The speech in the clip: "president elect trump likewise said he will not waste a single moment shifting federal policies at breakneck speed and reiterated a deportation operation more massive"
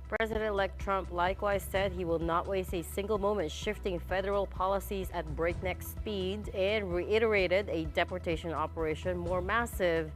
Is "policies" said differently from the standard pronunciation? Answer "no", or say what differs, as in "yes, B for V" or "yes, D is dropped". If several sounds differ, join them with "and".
no